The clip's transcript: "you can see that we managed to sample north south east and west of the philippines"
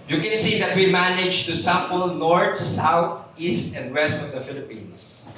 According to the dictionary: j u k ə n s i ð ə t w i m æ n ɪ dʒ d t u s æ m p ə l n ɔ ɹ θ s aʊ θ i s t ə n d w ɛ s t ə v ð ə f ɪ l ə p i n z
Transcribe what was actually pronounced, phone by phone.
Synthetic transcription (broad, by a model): j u k ə n s i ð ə t w i m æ n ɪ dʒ t u s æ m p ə l n ɔ ɹ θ s aʊ t i s t ə n d w ɛ s t ə v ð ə f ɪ l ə p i n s